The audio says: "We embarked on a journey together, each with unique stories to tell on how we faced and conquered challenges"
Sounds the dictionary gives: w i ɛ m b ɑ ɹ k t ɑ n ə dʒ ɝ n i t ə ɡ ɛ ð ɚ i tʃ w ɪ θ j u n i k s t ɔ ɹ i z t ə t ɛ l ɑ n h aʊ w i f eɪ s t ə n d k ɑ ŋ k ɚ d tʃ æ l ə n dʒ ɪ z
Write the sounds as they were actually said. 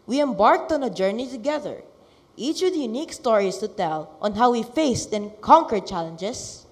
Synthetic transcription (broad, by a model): w i ɛ m b ɑ ɹ k t ɑ n ə dʒ ɝ n i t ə ɡ ɛ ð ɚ i tʃ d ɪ j u n i k s t ɔ ɹ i s t ə t ɛ l ɑ n h aʊ w i f eɪ s t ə n k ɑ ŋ k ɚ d tʃ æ l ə n dʒ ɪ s